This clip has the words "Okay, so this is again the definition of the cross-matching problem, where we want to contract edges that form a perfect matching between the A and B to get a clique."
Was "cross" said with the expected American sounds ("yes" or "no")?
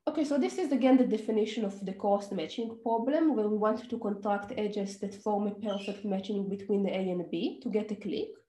no